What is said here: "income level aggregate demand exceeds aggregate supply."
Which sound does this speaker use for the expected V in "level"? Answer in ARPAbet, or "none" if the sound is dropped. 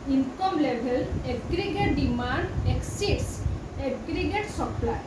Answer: B